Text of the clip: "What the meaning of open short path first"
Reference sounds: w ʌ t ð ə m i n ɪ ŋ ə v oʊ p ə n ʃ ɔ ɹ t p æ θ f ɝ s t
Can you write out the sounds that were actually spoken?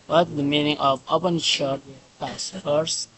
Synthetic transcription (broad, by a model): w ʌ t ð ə m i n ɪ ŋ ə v oʊ p ə n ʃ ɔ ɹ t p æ s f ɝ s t